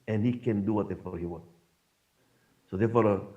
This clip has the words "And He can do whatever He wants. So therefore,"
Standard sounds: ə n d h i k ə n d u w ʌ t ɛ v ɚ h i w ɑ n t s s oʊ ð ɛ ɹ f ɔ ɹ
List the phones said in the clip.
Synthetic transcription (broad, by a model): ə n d h i k ə n d u w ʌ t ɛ f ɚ h i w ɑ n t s s oʊ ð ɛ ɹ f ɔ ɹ